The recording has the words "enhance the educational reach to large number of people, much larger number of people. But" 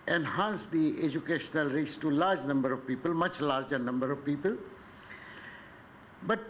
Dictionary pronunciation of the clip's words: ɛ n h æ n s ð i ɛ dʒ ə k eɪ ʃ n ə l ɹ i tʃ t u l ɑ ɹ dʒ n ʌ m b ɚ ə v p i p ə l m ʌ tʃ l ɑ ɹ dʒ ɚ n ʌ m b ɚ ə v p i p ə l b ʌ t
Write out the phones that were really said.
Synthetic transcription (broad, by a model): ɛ n h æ n s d i ɛ dʒ ə k eɪ ʃ n ə l ɹ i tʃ t u l ɑ ɹ dʒ n ʌ m b ɚ ə v p i p ə l m ʌ tʃ l ɑ ɹ dʒ ɚ n ʌ m b ɚ ə v p i p ə l b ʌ t